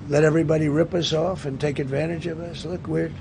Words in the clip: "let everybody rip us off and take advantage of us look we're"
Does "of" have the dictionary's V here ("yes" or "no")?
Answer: yes